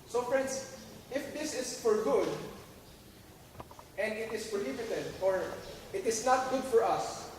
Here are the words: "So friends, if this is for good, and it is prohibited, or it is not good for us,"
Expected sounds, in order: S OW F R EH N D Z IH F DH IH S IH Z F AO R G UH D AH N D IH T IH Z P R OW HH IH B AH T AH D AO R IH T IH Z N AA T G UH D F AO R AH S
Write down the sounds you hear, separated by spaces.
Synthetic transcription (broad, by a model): S OW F R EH N D S IH F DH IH S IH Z F AO R G UH D AH N D IH T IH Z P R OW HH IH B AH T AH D AO R IH T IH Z N AA T G UH D F AO R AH S